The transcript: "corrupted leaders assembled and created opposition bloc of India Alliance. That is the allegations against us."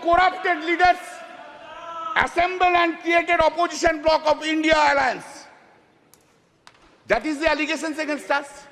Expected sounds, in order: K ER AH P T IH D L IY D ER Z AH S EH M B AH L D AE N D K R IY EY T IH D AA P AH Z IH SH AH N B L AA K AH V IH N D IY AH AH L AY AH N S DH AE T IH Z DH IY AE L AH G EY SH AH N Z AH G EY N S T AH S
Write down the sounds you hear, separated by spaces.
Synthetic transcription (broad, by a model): K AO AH P T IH D L IY D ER S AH S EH M B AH L AE N D K R IY EY T IH D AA P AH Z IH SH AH N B L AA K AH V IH N D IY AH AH L AY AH N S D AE T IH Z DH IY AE L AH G EY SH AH N S AH G EY N S T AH S